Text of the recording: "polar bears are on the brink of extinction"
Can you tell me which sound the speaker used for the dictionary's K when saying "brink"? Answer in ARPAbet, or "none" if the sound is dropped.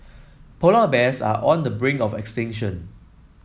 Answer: none